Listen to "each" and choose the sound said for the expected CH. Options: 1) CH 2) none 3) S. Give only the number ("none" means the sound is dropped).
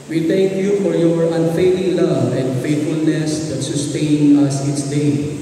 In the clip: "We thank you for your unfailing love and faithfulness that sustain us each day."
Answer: 3